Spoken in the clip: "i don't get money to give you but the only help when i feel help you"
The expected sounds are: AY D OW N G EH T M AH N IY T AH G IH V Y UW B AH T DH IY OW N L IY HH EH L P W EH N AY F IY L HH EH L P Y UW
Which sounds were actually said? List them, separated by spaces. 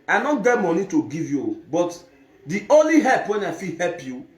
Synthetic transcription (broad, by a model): AY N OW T G EH T M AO N IY T AH G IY V Y UW B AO T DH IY OW N L IY HH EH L P W EH N AY F IY HH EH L P Y UW